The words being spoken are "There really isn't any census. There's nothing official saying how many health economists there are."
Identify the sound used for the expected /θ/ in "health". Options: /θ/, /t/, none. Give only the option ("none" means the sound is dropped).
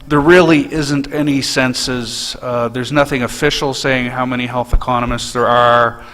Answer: /θ/